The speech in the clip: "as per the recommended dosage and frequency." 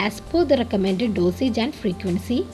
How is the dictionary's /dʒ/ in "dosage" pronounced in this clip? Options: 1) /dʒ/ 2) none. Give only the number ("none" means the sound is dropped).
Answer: 1